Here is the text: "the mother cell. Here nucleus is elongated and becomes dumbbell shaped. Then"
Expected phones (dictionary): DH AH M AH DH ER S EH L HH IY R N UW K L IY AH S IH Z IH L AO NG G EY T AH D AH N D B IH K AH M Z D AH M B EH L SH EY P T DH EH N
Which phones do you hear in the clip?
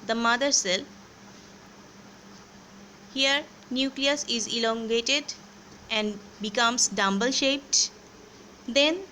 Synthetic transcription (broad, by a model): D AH M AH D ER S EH L HH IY R N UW K L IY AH S IH Z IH L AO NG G EY T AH D AH N D B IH K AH M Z D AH M B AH L SH EY P T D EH N